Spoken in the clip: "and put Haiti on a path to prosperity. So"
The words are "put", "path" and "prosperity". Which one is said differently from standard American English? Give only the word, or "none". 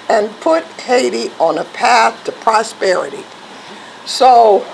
none